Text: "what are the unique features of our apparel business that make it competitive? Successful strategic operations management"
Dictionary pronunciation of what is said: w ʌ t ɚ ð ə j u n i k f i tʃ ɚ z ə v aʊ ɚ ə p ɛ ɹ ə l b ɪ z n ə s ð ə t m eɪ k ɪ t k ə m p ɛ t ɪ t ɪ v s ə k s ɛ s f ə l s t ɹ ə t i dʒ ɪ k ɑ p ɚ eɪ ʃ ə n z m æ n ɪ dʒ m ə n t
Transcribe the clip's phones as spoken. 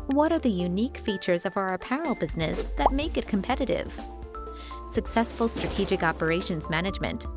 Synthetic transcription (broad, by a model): w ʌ t ɚ ð ə j u n i k f i tʃ ɚ z ə v aʊ ɚ p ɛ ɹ l b ɪ z n ə s ð ə t m eɪ k ɪ t k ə m p ɛ t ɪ t ɪ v s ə k s ɛ s f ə l s t ɹ ə t i dʒ ɪ k ɑ p ɚ eɪ ʃ ə n z m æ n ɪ dʒ m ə n t